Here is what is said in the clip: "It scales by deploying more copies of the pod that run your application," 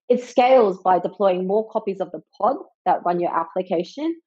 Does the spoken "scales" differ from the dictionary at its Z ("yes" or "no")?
no